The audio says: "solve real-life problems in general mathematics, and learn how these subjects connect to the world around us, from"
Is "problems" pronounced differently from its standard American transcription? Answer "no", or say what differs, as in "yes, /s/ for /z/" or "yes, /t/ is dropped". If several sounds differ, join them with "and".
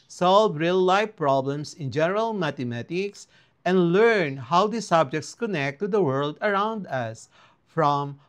yes, /s/ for /z/